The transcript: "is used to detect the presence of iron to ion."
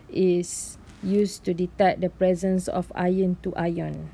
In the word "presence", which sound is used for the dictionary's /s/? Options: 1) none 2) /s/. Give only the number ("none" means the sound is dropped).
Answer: 2